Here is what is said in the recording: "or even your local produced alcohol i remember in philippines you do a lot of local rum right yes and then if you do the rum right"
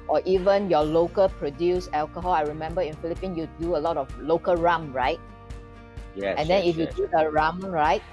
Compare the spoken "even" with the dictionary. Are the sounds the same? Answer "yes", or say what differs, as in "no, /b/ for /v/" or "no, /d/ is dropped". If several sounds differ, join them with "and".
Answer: yes